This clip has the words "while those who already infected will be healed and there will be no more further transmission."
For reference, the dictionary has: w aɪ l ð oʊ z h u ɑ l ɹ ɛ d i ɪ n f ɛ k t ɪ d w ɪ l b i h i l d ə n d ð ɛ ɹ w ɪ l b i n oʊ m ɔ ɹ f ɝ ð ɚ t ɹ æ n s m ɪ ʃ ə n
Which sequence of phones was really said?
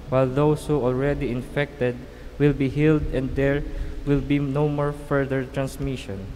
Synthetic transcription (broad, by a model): w aɪ l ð oʊ s h u ɑ l ɹ ɛ d i ɪ n f ɛ k t ɪ d w ɪ l b i h i l d ə n d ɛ ɹ w ɪ l b i n oʊ m ɔ ɹ f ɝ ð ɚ t ɹ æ n s m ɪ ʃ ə n